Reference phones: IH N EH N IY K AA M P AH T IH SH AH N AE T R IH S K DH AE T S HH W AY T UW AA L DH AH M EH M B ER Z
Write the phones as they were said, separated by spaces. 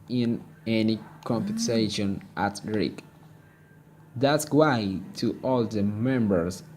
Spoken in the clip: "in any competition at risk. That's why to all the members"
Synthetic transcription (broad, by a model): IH N EH N IY K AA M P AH S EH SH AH N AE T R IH K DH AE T S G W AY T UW AA L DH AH M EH M B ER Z